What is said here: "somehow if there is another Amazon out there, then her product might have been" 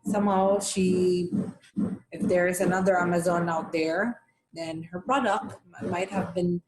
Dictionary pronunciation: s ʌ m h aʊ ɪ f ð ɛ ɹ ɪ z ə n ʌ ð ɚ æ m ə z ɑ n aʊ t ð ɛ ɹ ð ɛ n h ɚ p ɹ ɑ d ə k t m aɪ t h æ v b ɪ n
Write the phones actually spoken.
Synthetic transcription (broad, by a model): s ʌ m h aʊ ɪ f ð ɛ ɹ ɪ z ə n ʌ ð ɚ æ m ə z ɑ n aʊ t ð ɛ ɹ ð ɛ n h ɚ p ɹ ɑ d ə k t m aɪ t h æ v b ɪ n